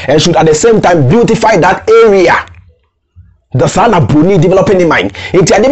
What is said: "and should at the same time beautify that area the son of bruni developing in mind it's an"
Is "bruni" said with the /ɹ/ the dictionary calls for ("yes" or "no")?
no